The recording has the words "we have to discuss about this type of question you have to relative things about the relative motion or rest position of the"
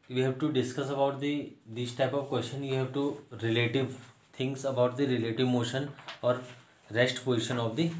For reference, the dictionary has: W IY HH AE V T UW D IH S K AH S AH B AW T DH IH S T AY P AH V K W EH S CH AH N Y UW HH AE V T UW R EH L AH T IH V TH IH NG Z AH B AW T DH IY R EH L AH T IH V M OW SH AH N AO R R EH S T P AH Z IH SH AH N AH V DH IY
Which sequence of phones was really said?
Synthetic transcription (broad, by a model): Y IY HH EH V T UW D IH S K AH S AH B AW T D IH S T AY P AH V K W EH S CH AH N Y UW HH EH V T UW R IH L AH T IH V T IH NG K AH B AW T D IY R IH L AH T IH V M OW SH AH N AO R R EH S T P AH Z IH SH AH N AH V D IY